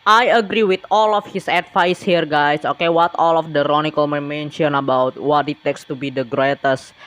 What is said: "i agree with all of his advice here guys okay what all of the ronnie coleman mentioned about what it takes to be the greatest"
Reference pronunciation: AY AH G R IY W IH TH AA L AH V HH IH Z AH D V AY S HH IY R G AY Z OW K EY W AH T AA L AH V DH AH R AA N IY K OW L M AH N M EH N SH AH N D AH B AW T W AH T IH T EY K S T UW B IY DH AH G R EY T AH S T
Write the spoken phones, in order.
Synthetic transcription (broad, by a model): AY AH G R IY W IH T AA L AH F HH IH S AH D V AY S HH IY R G AY S OW K EY W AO T AA L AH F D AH R AA N IY K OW L M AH M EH N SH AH N AH B AW T W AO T IH T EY K S T UW B IY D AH G R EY T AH S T